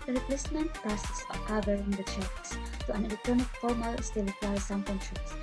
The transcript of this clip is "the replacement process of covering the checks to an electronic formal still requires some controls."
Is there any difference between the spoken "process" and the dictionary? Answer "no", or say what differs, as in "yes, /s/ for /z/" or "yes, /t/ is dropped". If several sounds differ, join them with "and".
yes, /ɹ/ is dropped